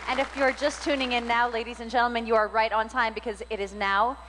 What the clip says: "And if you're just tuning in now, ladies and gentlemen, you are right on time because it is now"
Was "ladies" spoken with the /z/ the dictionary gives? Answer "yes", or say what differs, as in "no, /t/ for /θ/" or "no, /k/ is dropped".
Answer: yes